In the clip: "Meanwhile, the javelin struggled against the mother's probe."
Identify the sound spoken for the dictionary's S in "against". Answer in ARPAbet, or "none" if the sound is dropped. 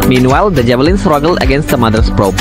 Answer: S